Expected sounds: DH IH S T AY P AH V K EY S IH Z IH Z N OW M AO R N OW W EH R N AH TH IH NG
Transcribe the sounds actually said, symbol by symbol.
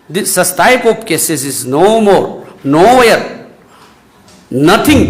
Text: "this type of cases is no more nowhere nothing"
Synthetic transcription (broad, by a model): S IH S T AY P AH P K EY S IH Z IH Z N OW M AO R N OW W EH R N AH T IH NG